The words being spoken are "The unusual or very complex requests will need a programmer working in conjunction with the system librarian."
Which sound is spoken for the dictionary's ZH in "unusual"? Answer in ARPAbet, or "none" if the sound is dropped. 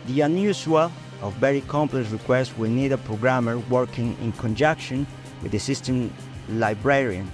S